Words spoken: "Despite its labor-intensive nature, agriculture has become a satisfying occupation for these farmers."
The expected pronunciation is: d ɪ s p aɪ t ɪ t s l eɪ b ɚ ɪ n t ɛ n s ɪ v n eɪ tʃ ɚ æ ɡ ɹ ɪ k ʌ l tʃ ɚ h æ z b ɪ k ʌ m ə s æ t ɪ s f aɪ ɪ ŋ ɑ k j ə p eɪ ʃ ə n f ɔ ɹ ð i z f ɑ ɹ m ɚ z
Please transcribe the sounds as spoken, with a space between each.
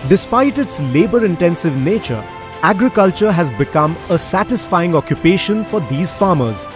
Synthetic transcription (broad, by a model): d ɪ s p aɪ t ɪ t s l eɪ b ɚ ɪ n t ɛ n s ɪ v n eɪ tʃ ɚ æ ɡ ɹ ɪ k ʌ l tʃ ɚ h æ z b ɪ k ʌ m ə s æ t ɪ s f aɪ ɪ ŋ ɑ k j ə p eɪ ʃ ə n f ɔ ɹ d i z f ɑ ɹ m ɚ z